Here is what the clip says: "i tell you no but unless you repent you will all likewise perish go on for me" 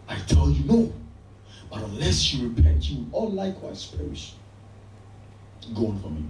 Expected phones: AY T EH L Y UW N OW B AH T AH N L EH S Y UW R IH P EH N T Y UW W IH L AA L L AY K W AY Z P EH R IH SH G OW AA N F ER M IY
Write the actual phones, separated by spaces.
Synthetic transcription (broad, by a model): AY T EH L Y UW N OW B AH T AH N L EH S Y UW R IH P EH N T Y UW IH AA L L AY K W AY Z P EH R IH SH G OW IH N F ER M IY